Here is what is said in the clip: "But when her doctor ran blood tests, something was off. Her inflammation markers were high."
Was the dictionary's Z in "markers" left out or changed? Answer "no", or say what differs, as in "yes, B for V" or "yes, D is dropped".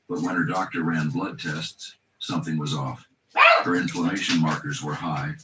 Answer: no